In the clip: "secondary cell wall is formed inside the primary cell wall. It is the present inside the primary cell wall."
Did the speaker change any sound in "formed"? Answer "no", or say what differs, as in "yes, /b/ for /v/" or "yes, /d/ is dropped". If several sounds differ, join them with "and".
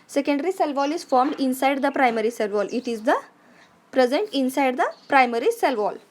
no